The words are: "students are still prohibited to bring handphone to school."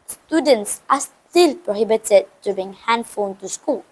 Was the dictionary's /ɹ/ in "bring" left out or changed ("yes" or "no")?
yes